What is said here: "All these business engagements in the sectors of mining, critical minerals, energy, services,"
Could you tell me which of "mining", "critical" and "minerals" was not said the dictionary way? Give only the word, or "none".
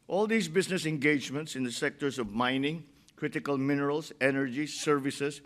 minerals